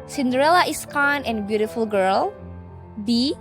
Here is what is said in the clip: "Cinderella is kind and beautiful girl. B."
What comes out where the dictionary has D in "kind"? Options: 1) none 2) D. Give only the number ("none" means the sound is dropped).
1